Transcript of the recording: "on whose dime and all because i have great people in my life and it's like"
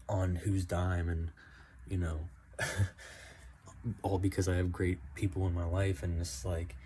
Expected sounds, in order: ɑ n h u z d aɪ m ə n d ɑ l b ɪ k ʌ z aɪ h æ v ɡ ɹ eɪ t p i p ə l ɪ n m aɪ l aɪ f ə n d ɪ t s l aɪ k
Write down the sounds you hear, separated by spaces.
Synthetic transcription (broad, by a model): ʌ n h u z d aɪ m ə n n ɑ l b ɪ k ʌ z aɪ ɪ v ɡ ɹ eɪ t p i p l ɪ n m aɪ l aɪ f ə n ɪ s l aɪ k